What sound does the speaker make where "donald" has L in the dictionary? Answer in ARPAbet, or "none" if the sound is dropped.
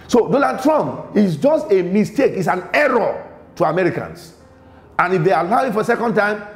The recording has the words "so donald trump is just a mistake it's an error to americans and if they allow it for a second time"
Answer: none